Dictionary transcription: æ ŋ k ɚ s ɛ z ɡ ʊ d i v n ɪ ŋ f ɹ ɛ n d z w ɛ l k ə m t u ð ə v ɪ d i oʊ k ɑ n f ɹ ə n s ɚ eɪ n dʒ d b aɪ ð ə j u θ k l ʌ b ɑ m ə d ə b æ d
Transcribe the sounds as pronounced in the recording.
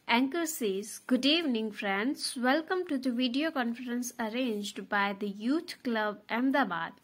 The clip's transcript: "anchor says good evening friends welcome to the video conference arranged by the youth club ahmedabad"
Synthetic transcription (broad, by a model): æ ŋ k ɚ s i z ɡ ʊ d i v n ɪ ŋ f ɹ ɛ n d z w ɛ l k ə m t u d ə v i d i oʊ k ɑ n f ɹ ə n s ɚ eɪ n dʒ d b aɪ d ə j u t k l ʌ b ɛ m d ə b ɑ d